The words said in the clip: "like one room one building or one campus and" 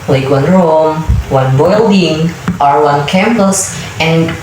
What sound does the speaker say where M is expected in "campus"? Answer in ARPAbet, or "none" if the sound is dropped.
M